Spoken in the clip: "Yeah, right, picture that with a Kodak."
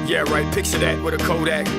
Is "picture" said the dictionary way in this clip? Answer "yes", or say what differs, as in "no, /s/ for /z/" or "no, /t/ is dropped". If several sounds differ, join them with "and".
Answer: no, /s/ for /tʃ/